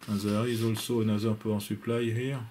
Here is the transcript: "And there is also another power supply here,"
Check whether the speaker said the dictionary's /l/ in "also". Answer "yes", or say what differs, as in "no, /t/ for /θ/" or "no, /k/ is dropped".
yes